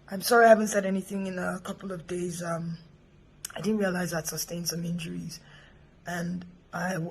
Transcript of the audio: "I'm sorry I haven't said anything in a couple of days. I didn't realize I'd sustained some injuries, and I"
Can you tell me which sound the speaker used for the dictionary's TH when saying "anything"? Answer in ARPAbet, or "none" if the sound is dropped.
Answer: TH